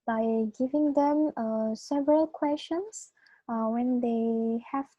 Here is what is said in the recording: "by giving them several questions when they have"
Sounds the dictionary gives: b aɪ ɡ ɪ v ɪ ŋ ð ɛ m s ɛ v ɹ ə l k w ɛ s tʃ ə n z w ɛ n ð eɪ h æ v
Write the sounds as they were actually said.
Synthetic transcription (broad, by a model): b aɪ ɡ ɪ v ɪ ŋ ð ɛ m s ɛ v ɹ ə l k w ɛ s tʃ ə n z w ɛ n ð eɪ h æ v